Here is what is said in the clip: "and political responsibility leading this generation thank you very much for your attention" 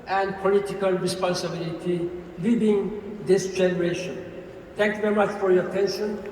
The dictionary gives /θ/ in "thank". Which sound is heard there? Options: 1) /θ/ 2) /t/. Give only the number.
2